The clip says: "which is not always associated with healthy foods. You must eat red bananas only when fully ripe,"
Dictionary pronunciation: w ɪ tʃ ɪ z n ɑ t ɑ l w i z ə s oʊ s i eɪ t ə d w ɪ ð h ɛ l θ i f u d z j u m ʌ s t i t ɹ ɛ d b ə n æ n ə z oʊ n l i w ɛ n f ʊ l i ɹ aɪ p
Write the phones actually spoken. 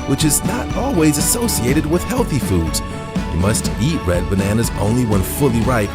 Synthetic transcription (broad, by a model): w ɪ tʃ ɪ z n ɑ t ɑ l w i z ə s oʊ s i eɪ t ə d w ɪ ð h ɛ l θ i f u d z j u m ʌ s t i t ɹ ɛ d b ə n æ n ə z oʊ n l i w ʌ n f ʊ l i ɹ aɪ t